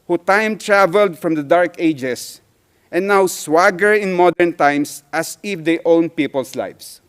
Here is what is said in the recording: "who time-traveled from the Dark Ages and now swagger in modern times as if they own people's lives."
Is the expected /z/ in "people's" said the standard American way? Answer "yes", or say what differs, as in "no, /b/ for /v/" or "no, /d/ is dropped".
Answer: no, /s/ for /z/